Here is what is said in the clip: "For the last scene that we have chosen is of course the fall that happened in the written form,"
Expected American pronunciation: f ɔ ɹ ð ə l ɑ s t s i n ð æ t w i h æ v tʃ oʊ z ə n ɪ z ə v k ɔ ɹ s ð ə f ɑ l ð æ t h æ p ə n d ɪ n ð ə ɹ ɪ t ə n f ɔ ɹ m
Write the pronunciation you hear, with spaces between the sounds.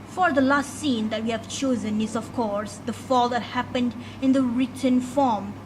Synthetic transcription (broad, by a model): f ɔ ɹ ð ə l ɑ s t s i n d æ t w i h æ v tʃ oʊ z ə n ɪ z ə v k ɔ ɹ s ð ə f ɑ l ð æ t h æ p ə n d ɪ n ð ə ɹ ɪ t ə n f ɔ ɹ m